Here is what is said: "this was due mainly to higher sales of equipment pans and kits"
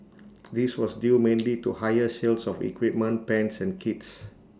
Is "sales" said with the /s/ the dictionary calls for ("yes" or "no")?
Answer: no